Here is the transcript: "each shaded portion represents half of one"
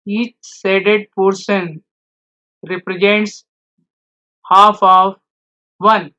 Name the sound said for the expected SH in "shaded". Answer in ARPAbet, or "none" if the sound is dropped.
S